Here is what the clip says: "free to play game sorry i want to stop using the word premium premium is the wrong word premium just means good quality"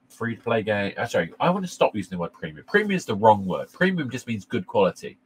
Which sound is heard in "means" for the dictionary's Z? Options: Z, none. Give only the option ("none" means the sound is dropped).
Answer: Z